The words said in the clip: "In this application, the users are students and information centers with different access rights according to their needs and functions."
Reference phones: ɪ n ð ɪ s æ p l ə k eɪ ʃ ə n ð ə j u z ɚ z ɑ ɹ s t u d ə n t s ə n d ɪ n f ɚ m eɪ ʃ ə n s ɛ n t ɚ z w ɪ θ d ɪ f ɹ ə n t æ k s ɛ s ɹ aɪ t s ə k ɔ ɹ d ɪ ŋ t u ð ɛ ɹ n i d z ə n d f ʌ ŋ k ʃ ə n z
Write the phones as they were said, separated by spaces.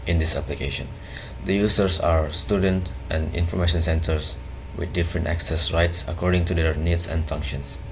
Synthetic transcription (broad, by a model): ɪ n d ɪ s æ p l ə k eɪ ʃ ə n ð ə j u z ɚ s ɑ ɹ s t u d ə n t ə n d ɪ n f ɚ m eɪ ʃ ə n s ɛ n t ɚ s w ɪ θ d ɪ f ɹ ə n t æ k s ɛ s ɹ aɪ t s ə k ɔ ɹ d ɪ ŋ t u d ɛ ɹ n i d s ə n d f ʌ ŋ k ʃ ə n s